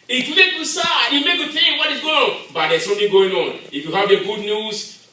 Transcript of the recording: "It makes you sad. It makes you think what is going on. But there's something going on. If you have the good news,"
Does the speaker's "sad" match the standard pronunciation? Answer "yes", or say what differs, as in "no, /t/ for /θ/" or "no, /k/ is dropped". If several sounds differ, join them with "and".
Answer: no, /d/ is dropped